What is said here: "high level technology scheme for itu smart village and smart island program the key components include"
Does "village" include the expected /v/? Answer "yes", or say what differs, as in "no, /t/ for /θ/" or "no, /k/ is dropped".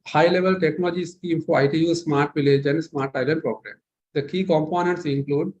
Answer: yes